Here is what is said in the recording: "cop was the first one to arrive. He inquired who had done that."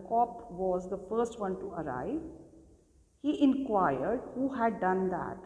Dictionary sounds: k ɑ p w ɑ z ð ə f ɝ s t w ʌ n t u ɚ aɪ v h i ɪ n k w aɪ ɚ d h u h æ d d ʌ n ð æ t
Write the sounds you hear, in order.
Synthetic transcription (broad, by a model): k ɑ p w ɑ z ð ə f ɝ s t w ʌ n t u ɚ aɪ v h i ɪ n k w aɪ ɚ d h u h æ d d ʌ n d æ t